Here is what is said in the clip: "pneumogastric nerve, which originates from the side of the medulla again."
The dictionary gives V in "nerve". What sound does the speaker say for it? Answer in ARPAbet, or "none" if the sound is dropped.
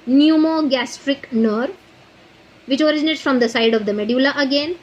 V